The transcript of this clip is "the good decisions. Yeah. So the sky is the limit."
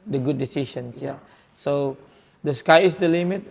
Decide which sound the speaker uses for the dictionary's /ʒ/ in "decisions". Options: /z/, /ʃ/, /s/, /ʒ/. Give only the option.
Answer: /ʃ/